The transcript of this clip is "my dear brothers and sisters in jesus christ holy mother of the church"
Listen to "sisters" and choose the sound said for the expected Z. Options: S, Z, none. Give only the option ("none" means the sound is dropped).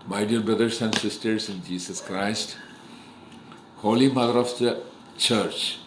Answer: S